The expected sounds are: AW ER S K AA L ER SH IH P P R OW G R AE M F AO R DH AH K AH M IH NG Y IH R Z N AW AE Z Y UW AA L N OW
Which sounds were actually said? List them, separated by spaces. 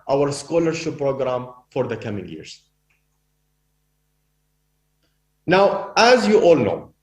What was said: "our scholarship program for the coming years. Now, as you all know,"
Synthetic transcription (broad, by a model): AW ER S K AA L ER SH IH P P R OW G R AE M F AO R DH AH K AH M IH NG Y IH R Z N AW AE Z Y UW AA L N OW